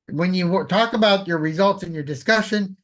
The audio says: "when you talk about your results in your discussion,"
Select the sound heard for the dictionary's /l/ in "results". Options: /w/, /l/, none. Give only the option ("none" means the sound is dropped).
/l/